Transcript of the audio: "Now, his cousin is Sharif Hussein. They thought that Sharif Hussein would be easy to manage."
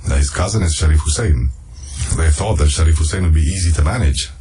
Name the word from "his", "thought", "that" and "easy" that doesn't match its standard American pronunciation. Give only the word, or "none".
none